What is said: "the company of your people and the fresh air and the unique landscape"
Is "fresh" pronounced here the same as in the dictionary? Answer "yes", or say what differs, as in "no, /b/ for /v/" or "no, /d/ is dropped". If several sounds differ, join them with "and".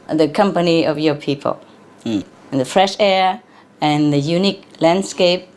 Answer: yes